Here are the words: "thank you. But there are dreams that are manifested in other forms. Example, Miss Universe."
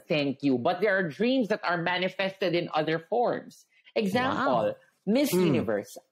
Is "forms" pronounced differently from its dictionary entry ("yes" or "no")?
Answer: yes